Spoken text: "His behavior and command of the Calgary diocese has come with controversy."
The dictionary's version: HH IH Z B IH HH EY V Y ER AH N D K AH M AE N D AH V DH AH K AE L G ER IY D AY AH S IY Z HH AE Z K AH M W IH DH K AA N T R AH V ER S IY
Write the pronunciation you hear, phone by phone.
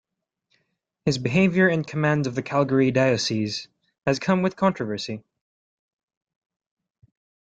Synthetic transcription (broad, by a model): HH IH Z B IH HH EY V Y ER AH N K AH M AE N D AH V DH AH K AE L G ER IY D AY AH S IY Z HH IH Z K AH M W IH DH K AA N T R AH V ER S IY